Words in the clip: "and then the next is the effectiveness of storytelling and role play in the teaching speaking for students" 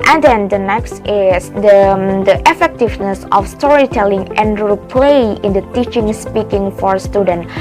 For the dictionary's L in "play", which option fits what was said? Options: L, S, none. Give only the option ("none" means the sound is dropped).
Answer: L